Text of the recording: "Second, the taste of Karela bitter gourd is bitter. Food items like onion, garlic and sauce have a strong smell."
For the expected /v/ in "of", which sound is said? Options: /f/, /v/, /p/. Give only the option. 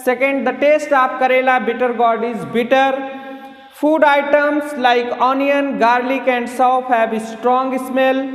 /p/